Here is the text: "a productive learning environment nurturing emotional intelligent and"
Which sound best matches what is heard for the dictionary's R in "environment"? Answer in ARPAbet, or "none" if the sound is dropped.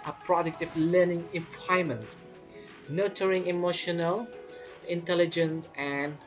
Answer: none